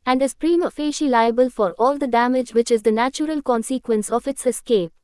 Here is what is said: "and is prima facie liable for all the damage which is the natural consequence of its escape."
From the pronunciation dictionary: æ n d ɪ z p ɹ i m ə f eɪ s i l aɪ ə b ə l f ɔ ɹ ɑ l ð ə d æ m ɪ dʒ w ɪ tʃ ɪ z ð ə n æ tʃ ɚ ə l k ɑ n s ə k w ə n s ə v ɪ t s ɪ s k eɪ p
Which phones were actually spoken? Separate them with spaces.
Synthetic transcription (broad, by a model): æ n d ɪ z p ɹ i m ə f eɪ ʃ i l aɪ ə b ə l f ɔ ɹ ɑ l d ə d æ m ɪ dʒ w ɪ tʃ ɪ z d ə n æ tʃ ɚ ə l k ɑ n s ə k w ə n s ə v ɪ t s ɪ s k eɪ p